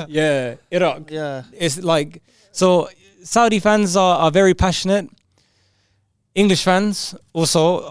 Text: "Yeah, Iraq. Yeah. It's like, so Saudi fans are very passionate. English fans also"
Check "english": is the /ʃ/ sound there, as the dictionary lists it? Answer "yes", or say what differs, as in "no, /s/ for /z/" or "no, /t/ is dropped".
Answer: yes